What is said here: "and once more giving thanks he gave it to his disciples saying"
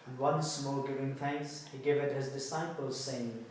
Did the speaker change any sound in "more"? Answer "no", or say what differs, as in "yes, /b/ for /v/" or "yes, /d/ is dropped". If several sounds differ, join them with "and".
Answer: yes, /l/ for /ɹ/